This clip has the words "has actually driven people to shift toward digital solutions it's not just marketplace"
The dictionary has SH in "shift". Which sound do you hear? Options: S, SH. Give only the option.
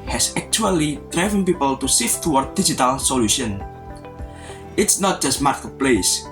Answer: S